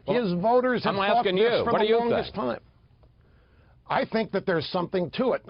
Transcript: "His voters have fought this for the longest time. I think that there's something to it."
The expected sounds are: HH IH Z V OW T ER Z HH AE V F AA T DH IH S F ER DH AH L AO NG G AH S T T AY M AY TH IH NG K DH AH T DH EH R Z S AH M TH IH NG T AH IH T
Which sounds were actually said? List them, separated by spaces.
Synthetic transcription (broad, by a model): HH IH Z V OW T ER Z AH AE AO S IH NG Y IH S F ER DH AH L AO NG G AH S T T AY M AY TH IH NG K DH AH T DH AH R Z S AH M TH IH NG T AH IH T